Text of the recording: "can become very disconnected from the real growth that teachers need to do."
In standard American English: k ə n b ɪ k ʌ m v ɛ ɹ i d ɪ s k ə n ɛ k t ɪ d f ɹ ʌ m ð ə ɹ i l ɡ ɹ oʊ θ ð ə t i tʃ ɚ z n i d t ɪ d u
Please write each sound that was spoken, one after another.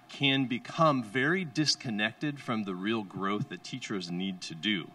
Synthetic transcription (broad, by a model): k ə n b ɪ k ʌ m v ɛ ɹ i d ɪ s k ə n ɛ k t ɪ d f ɹ ʌ m ð ə ɹ i l ɡ ɹ oʊ θ ð ə t i tʃ ɚ z n i d t ɪ d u